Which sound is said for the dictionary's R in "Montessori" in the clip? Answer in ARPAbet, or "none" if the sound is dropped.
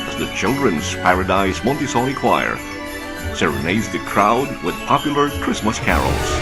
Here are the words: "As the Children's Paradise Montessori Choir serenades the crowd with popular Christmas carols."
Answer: none